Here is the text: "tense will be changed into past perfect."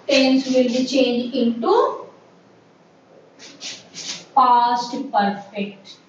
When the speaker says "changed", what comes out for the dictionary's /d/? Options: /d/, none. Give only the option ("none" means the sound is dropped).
none